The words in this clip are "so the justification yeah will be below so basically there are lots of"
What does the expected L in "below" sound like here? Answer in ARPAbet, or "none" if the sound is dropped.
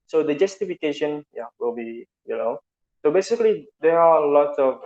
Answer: N